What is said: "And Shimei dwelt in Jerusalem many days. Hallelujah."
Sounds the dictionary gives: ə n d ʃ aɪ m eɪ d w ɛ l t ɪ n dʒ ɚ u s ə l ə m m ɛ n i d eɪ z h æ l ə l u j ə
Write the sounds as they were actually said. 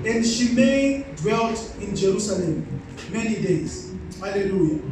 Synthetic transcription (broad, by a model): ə n d ʃ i m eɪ d w ɛ l t ɪ n dʒ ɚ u s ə l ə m m ɛ n i d eɪ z h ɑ l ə l u j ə